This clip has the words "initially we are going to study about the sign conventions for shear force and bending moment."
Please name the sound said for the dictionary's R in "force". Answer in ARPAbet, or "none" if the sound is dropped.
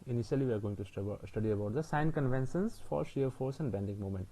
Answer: R